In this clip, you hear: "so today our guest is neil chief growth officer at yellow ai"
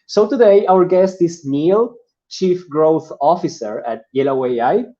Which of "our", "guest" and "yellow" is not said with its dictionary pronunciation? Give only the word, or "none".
none